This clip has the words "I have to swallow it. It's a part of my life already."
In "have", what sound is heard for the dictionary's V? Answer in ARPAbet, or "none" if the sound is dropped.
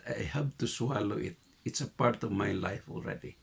P